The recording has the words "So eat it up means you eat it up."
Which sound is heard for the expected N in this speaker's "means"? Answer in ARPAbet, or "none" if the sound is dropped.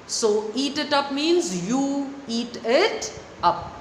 N